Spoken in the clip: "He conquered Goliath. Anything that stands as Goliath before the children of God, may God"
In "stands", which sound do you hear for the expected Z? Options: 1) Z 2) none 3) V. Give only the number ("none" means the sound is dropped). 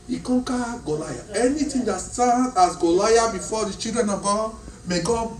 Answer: 2